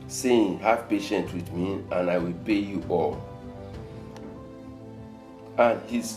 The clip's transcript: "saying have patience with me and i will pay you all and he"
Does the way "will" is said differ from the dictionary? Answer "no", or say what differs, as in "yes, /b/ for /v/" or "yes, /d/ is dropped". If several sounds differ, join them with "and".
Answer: no